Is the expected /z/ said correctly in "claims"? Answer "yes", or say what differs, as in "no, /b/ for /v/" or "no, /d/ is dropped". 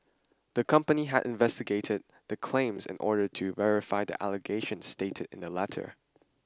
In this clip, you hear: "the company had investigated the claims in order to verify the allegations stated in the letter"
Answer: yes